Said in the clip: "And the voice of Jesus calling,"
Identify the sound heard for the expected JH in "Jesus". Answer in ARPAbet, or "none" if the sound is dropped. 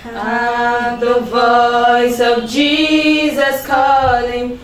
JH